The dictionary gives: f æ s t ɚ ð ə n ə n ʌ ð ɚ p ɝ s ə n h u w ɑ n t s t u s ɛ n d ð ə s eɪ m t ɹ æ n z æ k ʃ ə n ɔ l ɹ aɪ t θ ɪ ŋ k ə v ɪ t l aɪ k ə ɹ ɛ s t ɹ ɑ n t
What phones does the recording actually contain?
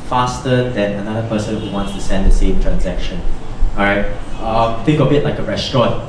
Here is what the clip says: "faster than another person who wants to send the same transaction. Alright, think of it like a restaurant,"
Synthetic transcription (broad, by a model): f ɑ s t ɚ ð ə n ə n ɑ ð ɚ p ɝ s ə n h u w ɑ n t s t u s ɛ n d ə s eɪ m t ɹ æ n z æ k ʃ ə n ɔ ɹ aɪ t t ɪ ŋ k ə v ɪ t l aɪ k ə ɹ ɛ s t ɹ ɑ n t